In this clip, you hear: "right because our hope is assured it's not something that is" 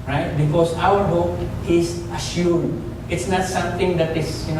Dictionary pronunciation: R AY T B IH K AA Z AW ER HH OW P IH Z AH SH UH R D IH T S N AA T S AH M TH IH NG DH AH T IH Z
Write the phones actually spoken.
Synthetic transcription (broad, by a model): R AY T B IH K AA S AW ER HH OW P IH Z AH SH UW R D IH T S N AA T S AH M T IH NG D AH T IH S